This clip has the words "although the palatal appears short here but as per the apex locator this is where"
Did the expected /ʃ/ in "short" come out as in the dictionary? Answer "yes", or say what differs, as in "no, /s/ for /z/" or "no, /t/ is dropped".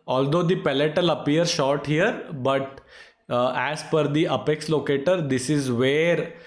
yes